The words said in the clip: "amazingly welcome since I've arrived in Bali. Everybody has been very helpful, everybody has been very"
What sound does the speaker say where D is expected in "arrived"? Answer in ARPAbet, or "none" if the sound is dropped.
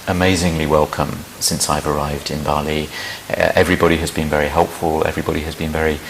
D